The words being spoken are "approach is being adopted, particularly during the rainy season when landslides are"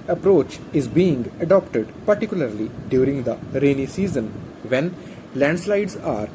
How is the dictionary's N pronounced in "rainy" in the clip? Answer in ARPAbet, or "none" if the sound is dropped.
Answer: N